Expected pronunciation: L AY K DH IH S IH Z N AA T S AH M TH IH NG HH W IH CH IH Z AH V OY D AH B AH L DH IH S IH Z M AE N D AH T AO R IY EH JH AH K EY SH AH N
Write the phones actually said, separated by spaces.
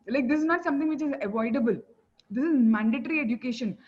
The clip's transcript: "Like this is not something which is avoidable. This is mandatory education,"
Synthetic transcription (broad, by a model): L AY K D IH S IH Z N AA T S AH M T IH NG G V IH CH IH Z AH V OY D AH B AH L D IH S IH Z M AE N D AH T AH R IY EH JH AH K EY SH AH N